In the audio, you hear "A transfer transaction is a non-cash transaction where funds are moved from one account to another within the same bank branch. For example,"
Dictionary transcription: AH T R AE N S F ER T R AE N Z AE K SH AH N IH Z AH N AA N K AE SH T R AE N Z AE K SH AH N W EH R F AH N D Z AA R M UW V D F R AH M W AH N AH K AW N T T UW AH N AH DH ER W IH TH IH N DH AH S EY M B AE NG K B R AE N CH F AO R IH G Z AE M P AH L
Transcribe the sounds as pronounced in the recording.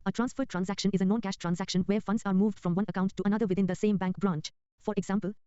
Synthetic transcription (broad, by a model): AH T R AE N S F ER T R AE N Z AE K SH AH N IH Z AH N AA N K AE SH T R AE N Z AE K SH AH N W EH R F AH N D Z AA R M UW V D F R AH M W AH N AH K AW N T T UW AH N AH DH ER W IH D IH N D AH S EY M B AE NG K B R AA N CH F AO R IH G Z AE M P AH L